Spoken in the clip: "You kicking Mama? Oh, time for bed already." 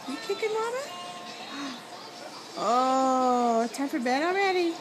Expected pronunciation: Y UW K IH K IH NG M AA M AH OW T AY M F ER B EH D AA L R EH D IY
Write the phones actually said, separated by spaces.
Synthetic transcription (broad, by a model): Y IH K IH K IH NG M AA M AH OW T AY M F ER B EH D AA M R EH D IY